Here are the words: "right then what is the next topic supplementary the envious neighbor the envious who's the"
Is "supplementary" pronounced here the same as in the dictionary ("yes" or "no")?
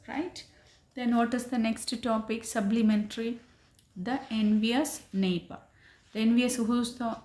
no